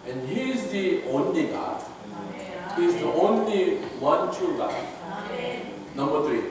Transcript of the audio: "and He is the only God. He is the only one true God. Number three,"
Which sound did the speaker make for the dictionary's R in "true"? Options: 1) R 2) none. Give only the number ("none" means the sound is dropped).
2